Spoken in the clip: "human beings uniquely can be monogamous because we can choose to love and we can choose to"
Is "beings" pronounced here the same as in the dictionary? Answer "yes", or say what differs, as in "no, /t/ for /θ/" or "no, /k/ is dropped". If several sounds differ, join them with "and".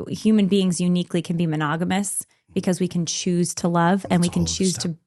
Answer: yes